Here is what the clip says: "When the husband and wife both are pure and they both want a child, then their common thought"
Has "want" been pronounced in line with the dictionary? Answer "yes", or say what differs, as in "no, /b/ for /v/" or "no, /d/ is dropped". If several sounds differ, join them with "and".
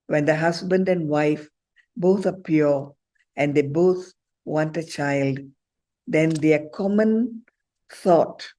yes